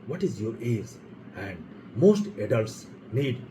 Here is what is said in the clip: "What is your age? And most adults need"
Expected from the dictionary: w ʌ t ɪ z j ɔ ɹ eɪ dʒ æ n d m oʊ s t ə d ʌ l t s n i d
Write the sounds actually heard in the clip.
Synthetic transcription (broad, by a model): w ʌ t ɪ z j ɔ ɹ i z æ n d m oʊ s t ə d ʌ l t s n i d